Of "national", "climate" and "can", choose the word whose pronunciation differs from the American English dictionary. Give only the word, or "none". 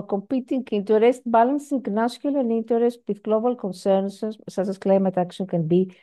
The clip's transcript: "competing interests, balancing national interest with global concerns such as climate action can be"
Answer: national